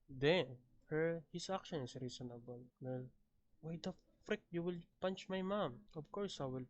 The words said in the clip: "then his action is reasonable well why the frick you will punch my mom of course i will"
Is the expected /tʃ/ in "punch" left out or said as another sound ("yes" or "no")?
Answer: no